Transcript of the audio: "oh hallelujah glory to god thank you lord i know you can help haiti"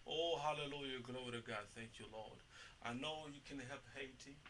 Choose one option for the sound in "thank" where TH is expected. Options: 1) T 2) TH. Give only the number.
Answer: 2